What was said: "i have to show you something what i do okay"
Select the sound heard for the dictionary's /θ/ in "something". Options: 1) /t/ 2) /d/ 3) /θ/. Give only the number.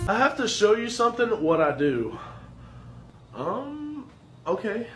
3